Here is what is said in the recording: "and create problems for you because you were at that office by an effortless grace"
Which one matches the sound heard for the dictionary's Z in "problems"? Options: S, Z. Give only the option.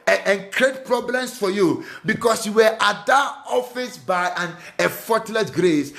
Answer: S